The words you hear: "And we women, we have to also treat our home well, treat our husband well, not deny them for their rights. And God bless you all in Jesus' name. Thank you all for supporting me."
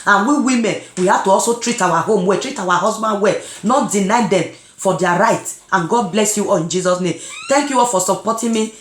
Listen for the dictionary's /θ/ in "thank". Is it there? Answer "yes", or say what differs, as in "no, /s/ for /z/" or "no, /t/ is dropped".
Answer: no, /t/ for /θ/